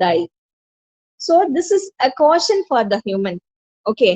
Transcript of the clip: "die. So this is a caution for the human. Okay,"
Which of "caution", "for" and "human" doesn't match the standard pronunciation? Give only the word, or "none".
none